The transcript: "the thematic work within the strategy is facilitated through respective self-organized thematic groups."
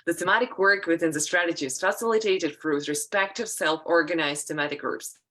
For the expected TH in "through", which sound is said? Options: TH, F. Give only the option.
F